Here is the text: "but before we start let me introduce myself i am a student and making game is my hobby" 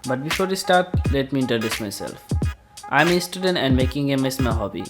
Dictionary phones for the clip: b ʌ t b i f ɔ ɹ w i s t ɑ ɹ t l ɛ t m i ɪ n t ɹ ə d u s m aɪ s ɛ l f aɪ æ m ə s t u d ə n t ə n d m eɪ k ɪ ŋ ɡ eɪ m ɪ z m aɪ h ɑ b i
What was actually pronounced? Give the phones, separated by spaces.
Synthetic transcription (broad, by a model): b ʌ t b i f ɔ ɹ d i s t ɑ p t l ɛ t m i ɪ n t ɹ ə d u s m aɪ s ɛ l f aɪ m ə s t u d ə n t ə n d m eɪ k ɪ ŋ ɡ eɪ m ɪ s m aɪ h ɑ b i